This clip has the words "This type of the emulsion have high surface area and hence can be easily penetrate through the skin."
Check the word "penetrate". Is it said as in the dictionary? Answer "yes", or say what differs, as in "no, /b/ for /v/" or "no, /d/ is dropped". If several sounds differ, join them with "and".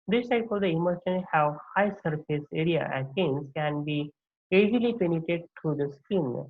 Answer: no, /ɹ/ is dropped